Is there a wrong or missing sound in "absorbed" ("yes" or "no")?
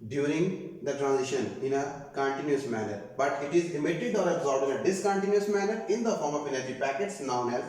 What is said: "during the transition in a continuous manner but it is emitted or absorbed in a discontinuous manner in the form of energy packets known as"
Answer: yes